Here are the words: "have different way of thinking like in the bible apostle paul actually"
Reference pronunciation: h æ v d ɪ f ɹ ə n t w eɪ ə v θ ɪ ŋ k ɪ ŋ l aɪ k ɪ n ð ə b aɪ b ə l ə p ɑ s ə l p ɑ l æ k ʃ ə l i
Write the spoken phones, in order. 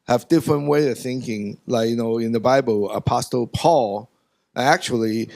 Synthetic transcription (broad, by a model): h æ v d ɪ f ɹ ə n t w eɪ ə v θ ɪ ŋ k ɪ ŋ l aɪ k ɪ n ð ə b aɪ b ə l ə p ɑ s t l p ɑ l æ k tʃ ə l i